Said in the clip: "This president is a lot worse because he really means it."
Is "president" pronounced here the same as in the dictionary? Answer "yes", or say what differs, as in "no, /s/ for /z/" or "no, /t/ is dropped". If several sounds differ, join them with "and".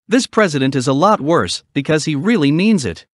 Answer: yes